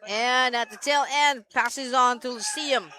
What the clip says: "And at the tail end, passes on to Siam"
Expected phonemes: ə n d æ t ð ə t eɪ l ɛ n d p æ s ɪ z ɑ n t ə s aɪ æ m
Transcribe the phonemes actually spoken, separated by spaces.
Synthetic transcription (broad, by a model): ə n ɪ t ð ə t eɪ l ɛ n d p æ s ɪ z n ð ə s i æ m